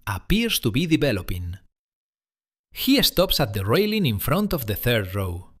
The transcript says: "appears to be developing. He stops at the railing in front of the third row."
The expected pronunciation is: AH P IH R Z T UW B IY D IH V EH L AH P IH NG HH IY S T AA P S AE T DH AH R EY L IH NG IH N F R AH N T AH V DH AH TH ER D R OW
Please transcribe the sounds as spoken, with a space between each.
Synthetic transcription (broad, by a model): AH P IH R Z T UW B IY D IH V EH L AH P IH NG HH IY S T AA P S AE T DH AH R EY L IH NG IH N F R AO N T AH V DH AH TH ER D R OW